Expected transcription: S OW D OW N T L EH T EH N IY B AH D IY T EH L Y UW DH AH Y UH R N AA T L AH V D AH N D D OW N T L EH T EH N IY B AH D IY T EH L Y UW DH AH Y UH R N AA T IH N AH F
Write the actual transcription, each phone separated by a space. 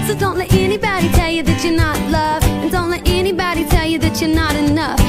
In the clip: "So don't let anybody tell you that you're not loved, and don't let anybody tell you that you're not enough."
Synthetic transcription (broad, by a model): S OW D OW N T L EH T EH N IY B AH D IY T EH L Y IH DH AH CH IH R N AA T L AH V AH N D D OW N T L EH T EH N IY B AH D IY T EH L Y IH DH AH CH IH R N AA T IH N AH F